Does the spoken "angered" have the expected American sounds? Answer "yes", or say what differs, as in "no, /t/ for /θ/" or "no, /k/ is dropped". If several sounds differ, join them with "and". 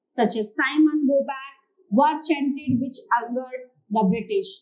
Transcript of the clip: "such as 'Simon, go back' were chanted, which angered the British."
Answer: no, /ŋ/ is dropped